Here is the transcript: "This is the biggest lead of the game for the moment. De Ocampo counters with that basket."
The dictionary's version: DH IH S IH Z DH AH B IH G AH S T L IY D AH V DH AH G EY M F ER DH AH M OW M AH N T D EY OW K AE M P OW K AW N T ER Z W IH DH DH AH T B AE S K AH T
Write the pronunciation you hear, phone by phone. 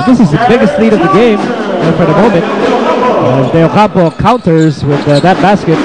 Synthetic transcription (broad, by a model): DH IH S IH Z DH AH B IH G AH S T L IY D AH V DH AH G EY M F ER DH AH M OW M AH N T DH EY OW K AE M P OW K AW N T ER Z W IH DH DH AH T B AE S K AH T